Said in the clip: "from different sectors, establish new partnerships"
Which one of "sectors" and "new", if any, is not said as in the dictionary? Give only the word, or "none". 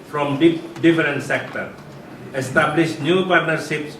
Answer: sectors